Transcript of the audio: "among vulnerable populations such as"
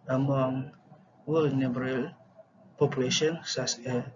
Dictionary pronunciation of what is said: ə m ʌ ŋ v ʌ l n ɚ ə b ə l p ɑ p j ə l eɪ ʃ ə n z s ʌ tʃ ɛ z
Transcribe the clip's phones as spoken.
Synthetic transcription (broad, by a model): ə m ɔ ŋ w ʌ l n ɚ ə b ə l p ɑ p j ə l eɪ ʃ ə n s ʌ s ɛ